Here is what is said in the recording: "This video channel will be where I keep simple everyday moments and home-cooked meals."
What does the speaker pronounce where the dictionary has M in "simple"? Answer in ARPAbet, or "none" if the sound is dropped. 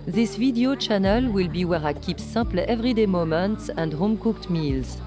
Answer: none